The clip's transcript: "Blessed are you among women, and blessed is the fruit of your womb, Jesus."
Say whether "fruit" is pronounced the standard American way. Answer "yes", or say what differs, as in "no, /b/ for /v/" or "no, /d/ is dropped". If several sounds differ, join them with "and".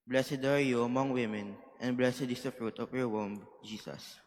yes